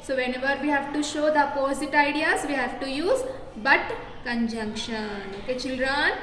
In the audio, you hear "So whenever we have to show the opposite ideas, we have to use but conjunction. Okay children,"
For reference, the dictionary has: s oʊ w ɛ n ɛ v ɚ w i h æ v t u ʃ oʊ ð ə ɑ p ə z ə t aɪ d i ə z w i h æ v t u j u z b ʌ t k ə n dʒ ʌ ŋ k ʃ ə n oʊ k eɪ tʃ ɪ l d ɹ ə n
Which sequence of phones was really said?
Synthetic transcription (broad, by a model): s oʊ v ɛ n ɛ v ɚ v i h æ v t u ʃ oʊ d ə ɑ p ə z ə t aɪ d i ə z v i h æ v t u j u z b ʌ t k ə n dʒ ʌ ŋ k ʃ ə n oʊ k eɪ tʃ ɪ l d ɹ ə n